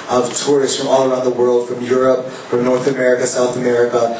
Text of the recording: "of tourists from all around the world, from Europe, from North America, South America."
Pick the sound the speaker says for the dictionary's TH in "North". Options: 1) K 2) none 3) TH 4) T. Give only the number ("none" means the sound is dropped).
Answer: 3